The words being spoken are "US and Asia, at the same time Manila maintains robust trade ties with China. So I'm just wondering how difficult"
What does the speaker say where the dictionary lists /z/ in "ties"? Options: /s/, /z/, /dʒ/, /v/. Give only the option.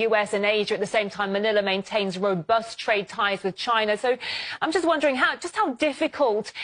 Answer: /z/